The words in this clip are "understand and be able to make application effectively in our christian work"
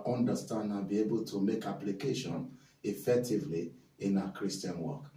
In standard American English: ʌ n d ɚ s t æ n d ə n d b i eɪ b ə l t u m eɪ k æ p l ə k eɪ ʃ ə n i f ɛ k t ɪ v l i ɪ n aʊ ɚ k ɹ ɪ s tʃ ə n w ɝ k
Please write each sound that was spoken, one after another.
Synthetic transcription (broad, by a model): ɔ n d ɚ s t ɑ n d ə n b i eɪ b ə l t u m eɪ k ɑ p l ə k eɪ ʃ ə n i f ɛ k t ɪ v l i ɪ n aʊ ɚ k ɹ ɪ s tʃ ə n w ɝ k